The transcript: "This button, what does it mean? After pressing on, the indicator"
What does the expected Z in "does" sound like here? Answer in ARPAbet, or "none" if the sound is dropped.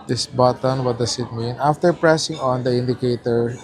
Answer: S